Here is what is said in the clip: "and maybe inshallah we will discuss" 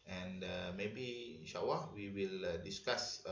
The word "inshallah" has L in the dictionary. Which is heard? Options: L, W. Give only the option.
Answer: W